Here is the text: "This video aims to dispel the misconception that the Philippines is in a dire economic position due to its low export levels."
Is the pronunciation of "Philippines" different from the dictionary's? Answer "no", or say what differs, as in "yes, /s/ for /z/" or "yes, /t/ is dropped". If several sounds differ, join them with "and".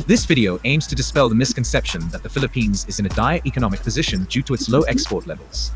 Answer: no